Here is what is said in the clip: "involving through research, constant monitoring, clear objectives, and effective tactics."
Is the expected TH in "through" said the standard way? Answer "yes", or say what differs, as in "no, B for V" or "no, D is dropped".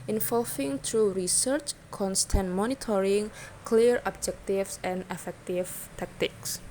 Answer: no, T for TH